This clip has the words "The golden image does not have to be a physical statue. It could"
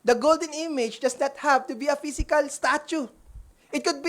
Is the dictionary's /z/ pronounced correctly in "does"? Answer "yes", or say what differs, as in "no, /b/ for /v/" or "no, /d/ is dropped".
no, /s/ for /z/